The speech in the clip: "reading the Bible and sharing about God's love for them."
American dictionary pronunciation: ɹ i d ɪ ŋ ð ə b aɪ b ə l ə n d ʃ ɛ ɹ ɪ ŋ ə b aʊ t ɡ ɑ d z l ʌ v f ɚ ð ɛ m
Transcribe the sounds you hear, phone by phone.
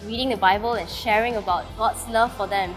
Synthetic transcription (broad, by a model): ɹ i d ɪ ŋ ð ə b aɪ b ə l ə n ʃ ɛ ɹ ɪ ŋ ə b aʊ t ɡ ɑ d s l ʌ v f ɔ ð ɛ m